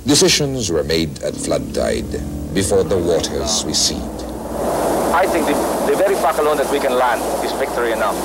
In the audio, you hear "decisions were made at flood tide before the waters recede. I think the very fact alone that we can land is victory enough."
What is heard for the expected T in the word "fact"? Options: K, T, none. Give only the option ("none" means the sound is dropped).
none